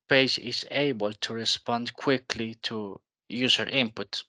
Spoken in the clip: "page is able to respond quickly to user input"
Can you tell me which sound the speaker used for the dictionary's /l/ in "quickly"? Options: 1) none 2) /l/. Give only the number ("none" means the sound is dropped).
2